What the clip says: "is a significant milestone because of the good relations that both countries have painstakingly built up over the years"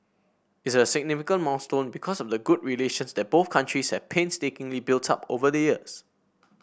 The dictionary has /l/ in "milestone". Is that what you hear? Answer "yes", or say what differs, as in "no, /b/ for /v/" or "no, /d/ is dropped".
no, /n/ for /l/